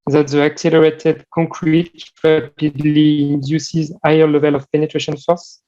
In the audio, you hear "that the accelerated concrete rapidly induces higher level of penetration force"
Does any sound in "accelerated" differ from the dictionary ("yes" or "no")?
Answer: no